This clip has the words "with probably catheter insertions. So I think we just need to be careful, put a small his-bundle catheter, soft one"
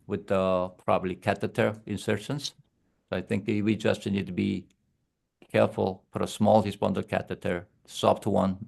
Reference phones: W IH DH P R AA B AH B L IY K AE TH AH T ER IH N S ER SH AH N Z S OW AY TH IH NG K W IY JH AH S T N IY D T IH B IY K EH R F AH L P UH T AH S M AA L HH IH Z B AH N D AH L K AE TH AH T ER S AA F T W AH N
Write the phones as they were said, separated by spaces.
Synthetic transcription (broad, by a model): W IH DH P R AA B AH B L IY K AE T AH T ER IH N S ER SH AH N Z S OW AY TH IH NG K W IY JH AH S T N IY D T IH B IY K EH R F AH L F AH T AH S M AA L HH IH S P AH N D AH K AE T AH T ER S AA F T W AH N